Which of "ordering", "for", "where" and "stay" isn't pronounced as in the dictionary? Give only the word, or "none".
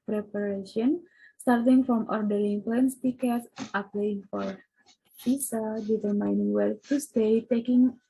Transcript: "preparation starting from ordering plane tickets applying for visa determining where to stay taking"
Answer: where